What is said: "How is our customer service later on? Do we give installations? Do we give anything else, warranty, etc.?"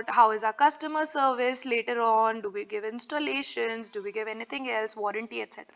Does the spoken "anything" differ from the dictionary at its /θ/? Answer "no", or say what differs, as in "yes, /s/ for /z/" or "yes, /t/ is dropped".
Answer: yes, /t/ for /θ/